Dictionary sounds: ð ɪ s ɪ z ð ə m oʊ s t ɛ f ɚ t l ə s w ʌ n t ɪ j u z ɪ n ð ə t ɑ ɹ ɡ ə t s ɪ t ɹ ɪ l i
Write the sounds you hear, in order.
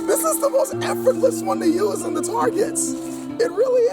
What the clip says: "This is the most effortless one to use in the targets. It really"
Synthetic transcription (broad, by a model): ð ɪ s ɪ z ð ə m oʊ s t ɛ f ɚ t l ə s w ʌ n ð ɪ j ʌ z ɪ n ð ə t ɑ ɹ ɡ ə t s ɪ t ɹ ɪ l i